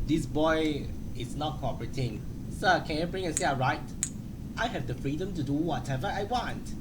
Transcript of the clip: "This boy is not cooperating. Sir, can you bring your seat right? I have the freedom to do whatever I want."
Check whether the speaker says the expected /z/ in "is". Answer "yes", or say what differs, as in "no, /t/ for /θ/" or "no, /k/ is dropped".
no, /s/ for /z/